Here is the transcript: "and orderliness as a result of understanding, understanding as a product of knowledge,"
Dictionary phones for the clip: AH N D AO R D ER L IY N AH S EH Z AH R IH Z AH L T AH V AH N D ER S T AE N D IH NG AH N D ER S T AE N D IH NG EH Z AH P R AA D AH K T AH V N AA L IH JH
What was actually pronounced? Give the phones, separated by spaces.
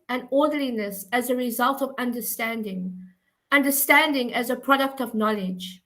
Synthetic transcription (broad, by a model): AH N AO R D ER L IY N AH S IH Z AH R IH Z AH L T AH V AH N D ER S T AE N D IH NG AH N D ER S T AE N D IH NG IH Z AH P R AA D AH K T AH V N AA L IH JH